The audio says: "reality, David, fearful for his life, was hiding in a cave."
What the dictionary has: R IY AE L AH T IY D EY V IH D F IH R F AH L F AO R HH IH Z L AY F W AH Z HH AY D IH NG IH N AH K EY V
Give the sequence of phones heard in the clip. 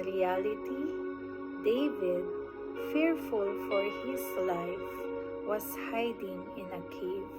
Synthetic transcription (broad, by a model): R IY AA L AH T IY D EY V IH D F IH R F AH L F AO R HH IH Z L AY F W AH S HH AY D IH NG IH N AH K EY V